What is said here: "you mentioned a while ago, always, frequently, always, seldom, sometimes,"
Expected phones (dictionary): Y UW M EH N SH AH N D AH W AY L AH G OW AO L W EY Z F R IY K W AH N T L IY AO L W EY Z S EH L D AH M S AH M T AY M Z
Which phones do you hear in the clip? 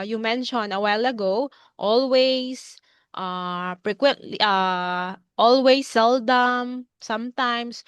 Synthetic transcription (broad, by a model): Y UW M EH N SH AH N AH W AY L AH G OW AO L W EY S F R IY K W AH N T L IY AO L W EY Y S EH L D AH M S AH M T AY M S